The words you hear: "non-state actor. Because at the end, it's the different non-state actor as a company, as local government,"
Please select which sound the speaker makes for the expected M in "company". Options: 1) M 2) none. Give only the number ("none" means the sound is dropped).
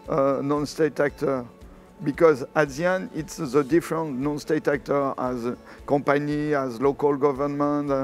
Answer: 2